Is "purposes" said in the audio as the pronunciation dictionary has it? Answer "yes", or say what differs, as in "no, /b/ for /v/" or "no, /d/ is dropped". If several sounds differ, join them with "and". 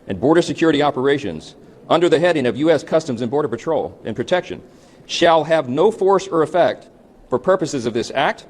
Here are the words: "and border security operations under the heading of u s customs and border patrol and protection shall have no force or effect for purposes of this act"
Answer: yes